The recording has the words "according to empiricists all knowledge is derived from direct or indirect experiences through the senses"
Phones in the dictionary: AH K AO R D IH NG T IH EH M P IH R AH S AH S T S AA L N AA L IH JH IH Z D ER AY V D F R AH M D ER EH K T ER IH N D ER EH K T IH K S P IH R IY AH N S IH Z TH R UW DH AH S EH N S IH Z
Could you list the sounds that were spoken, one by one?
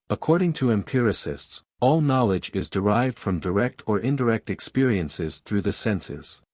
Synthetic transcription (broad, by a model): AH K AO R D IH NG T IH EH M P IH R AH S AH S T S AA L N AA L IH JH IH Z D ER AY V D F R AH M D ER EH K T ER IH N D ER EH K T IH K S P IH R IY AH N S IH Z TH R UW DH AH S EH N S IH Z